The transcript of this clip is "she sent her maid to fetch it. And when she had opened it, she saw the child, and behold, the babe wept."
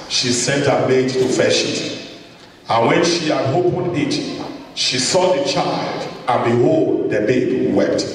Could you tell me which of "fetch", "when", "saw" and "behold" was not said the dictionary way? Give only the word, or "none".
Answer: fetch